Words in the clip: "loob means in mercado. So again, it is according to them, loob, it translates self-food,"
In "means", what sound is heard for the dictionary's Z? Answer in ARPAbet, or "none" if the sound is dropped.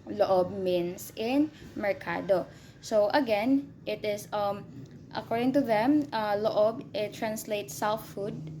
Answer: S